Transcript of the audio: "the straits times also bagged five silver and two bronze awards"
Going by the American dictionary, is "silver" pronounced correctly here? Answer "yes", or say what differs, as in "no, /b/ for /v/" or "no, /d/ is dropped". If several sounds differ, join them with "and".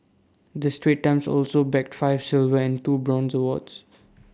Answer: yes